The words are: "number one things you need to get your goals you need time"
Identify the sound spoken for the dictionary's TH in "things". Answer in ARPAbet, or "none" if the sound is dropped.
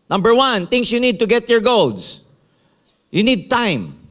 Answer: T